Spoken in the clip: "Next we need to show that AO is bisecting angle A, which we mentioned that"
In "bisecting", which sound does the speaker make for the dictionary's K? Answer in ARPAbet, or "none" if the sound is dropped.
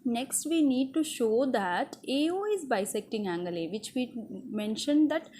K